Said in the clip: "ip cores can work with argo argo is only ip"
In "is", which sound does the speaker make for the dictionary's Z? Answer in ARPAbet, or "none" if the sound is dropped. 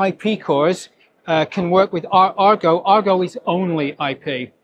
Z